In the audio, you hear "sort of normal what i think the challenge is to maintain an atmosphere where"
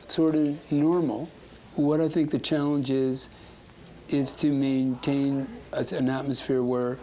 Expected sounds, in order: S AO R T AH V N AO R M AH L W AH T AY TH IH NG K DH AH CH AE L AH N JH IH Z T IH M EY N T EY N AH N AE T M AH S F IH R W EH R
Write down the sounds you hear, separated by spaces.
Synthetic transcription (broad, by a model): S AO R T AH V N AO R M L W AH T AY TH IH NG K DH AH CH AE L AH N JH IH Z T IH M EY N T EY N AH N AE T M AH S F IH R W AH R